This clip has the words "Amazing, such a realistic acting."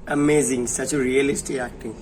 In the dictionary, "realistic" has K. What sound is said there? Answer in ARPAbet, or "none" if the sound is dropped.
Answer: none